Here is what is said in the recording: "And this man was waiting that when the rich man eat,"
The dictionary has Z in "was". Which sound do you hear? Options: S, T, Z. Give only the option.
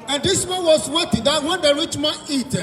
S